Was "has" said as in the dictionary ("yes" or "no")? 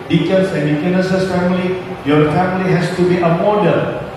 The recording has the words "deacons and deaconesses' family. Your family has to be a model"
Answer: no